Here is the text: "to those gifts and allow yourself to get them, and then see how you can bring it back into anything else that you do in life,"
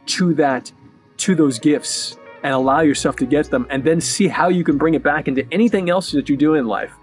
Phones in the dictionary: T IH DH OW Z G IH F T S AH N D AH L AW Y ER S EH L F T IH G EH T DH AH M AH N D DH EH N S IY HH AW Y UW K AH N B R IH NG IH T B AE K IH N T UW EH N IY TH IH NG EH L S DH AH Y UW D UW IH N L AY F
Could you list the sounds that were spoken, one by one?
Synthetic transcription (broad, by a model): T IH DH OW Z G IH F T S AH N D AH L AW Y ER S EH L F T IH G EH T DH AH M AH N DH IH N S IY HH AW Y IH K N B R IH NG IH T B AE K IH N T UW EH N IY TH IH NG EH L S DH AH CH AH D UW IH N L AY F